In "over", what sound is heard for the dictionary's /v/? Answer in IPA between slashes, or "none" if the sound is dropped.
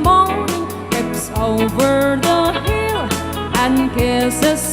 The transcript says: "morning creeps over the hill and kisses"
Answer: /v/